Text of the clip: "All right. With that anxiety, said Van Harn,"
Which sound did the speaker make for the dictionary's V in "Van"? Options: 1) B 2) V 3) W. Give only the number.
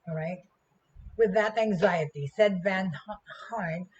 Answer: 2